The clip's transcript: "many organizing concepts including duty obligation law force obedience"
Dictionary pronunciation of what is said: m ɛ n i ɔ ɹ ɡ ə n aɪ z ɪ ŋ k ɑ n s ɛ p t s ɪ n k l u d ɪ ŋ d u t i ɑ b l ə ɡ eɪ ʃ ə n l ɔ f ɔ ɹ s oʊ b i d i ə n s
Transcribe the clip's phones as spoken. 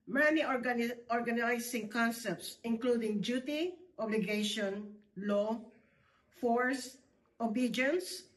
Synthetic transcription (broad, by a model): m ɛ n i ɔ ɹ ɡ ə n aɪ s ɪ ŋ k ɑ n s ɛ p t s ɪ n k l u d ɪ ŋ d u t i ɑ b l ə ɡ eɪ ʃ ə n l ɔ f ɔ ɹ s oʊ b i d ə n s